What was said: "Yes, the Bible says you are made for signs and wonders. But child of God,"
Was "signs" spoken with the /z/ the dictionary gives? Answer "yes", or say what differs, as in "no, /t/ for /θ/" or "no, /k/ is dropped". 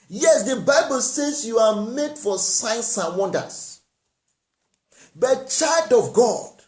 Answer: no, /s/ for /z/